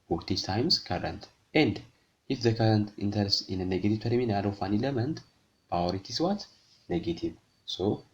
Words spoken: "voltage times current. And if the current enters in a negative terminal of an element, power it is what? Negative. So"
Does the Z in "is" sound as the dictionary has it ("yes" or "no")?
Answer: no